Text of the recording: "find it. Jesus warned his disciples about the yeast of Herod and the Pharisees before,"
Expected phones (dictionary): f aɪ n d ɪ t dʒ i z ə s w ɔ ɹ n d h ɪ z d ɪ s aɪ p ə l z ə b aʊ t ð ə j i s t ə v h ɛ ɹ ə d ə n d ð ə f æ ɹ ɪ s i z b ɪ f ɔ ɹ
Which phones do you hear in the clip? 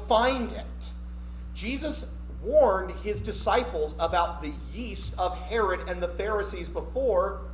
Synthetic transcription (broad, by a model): f aɪ n d ɪ t dʒ i z ə s w ɔ ɹ n d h ɪ z d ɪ s aɪ p l z ə b aʊ t ð ə j i s t ə v h ɛ ɹ ə d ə n ð ə f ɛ ɹ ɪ s i z b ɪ f ɔ ɹ